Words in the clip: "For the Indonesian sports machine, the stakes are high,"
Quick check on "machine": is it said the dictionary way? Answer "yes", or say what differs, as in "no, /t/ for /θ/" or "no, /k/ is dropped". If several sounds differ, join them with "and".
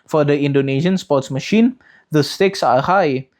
yes